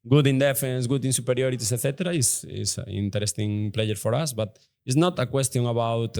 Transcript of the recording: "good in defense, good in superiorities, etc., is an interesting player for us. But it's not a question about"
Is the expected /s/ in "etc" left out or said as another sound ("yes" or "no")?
yes